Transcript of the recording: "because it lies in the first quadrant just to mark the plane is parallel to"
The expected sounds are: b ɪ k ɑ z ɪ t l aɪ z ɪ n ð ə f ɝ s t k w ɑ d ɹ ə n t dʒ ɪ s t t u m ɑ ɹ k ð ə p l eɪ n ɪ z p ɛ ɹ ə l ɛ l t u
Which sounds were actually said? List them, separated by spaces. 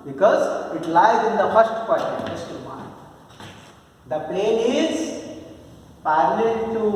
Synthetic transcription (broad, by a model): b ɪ k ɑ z ɪ t l aɪ z ɪ n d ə f ɝ s t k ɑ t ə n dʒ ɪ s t t u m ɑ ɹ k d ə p eɪ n ɪ z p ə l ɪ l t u